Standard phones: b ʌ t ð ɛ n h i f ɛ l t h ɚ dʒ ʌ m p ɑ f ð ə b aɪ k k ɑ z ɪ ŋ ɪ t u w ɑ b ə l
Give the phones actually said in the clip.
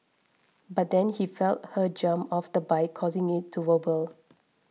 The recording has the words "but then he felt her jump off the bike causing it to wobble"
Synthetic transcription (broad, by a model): b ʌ t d ɛ n h i f ɛ l t h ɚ dʒ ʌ m ɑ f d ə b aɪ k k ɑ z ɪ ŋ ɪ t u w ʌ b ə l